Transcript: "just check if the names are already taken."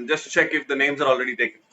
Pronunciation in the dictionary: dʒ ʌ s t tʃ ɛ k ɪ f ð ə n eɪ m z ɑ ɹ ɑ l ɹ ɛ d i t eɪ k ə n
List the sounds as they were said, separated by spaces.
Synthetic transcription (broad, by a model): dʒ ʌ s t tʃ ɛ k ɪ f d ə n eɪ m z ɑ ɹ ɑ l ɹ ɛ d i t eɪ k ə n